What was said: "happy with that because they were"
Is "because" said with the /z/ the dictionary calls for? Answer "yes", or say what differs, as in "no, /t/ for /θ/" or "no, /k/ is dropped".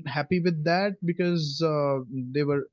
yes